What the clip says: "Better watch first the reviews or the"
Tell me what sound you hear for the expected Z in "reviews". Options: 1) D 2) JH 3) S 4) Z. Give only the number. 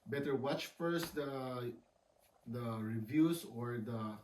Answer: 3